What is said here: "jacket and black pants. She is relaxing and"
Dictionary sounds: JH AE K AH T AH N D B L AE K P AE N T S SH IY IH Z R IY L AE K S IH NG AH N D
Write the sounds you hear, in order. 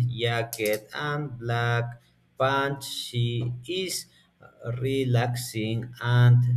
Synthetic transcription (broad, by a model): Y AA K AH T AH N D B L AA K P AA N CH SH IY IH S R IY L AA K S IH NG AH N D